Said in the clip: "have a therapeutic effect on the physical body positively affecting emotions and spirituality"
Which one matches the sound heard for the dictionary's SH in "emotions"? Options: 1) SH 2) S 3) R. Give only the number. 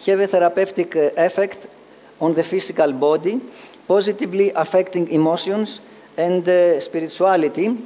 2